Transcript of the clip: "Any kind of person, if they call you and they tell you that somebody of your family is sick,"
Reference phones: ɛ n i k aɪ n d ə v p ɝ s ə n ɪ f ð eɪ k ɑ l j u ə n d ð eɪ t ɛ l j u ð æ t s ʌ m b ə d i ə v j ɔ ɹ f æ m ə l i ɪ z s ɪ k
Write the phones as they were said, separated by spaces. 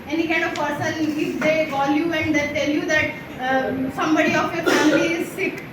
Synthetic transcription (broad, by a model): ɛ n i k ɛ d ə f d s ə l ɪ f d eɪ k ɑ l j u ə n d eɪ t ɛ l j u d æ t s ʌ m b ə d i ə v j ɔ ɹ f æ m ə l i ɪ z s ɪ k